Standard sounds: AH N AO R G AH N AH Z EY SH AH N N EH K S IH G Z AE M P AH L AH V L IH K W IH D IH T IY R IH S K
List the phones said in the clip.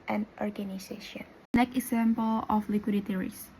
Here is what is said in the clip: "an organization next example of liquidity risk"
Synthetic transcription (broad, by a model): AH N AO R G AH N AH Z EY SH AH N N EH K IH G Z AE M P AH L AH F L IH K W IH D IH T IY R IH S